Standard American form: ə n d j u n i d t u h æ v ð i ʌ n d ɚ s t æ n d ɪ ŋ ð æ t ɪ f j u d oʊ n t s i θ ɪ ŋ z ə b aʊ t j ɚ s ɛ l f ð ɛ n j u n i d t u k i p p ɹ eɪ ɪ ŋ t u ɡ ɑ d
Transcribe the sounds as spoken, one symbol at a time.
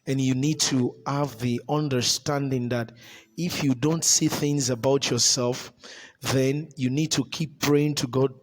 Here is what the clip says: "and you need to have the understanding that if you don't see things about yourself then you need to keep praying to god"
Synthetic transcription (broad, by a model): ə n j u n i d t u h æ v ð i ʌ n d ɚ s t æ n d ɪ ŋ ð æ t ɪ f j u d oʊ n t s i θ ɪ ŋ z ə b aʊ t j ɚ s ɛ l f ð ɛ n j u n i d t u k i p p ɹ eɪ ɪ ŋ t u ɡ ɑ d